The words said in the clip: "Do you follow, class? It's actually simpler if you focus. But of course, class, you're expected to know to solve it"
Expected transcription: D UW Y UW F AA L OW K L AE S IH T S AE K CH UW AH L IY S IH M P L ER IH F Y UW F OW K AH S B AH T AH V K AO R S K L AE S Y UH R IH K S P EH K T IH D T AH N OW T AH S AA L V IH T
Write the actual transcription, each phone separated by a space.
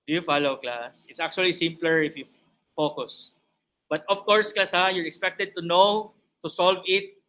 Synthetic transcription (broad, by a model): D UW Y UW F AA L OW K L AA S IH T S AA K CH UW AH L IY S IH M P L ER IH F Y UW F OW K AH S B AH T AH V K AO R S K L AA S Y UH R IH K S P EH K T IH D T AH N OW T AH S AA L V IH T